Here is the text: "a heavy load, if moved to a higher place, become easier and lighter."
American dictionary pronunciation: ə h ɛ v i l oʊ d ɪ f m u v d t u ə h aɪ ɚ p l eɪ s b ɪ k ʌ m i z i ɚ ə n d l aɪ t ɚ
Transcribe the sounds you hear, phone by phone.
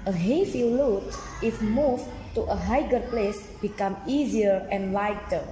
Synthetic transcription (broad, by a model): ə h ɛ f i l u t ɪ f m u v t u ə h aɪ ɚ p l eɪ s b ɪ k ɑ m i z i ɚ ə n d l aɪ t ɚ